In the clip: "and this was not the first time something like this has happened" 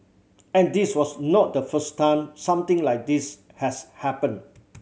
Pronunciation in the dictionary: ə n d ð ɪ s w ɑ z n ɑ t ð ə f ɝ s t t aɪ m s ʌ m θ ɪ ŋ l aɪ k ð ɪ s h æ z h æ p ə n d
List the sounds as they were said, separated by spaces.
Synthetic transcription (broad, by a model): ə n d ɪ s w ɑ s n ɑ t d ə f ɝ s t t aɪ m s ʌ m t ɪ ŋ l aɪ k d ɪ s h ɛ s h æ p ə n